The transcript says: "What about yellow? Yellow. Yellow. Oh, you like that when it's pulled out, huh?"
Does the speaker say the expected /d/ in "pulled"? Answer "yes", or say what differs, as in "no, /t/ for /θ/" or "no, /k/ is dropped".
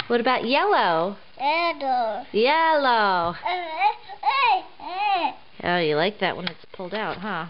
yes